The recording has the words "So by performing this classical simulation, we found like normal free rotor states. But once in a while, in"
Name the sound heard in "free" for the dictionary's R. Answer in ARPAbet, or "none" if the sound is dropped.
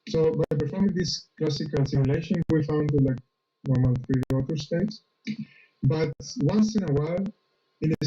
none